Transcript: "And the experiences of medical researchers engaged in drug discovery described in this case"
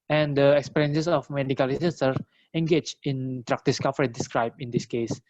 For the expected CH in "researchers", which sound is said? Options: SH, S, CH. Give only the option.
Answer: S